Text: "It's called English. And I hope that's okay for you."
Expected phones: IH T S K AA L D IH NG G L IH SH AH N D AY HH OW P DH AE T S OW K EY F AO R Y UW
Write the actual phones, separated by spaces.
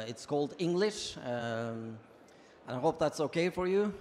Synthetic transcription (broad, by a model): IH T S K AA L D IH NG G L IH SH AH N AY HH OW P DH AE T S OW K EY F AO R Y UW